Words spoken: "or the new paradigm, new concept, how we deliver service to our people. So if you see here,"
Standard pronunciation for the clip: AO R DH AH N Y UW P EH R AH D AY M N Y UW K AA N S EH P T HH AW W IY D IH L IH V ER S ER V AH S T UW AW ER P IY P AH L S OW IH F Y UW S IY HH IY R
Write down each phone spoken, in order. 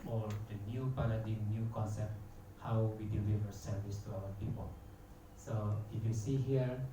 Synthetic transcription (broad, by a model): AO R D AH N Y UW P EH L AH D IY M N Y UW K AA N S EH P T HH AW W IY D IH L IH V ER S ER V AH S T UW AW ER P IY P AH L S OW IH F Y UW S IY HH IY R